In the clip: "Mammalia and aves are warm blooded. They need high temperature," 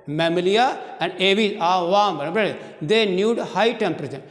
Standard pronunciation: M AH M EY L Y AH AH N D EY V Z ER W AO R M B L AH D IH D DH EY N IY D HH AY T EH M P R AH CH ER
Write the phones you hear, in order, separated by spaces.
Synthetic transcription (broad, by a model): M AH M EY L Y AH AH N D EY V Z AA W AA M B AH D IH D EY N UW D HH AY T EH M P R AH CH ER